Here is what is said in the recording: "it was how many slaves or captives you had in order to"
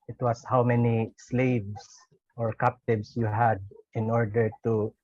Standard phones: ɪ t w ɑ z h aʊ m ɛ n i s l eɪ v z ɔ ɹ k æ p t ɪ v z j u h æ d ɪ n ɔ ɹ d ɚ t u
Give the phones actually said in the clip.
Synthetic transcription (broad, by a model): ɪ t w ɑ s h aʊ m ɛ n i s l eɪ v s ɔ ɹ k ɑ p t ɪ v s j u h æ d ɪ n ɔ ɹ d ɚ t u